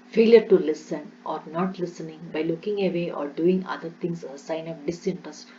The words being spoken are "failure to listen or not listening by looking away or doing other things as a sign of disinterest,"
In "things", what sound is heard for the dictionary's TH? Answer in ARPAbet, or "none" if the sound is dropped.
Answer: T